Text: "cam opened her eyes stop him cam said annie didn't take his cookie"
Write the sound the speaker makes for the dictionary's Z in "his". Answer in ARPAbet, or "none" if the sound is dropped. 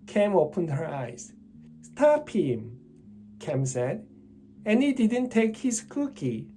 S